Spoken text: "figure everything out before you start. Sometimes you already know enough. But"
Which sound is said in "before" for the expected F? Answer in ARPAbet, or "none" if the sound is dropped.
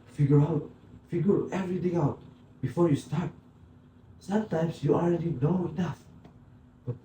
F